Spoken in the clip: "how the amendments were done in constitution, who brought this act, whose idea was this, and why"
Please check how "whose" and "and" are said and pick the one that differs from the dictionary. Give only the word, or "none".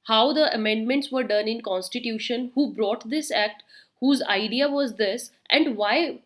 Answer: none